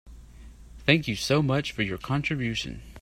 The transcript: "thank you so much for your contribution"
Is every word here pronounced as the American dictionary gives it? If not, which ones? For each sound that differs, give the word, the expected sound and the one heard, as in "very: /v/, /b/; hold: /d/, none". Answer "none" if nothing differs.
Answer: none